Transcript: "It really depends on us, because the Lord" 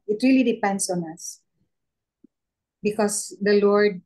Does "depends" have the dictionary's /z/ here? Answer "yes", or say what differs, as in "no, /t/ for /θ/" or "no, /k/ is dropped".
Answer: no, /s/ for /z/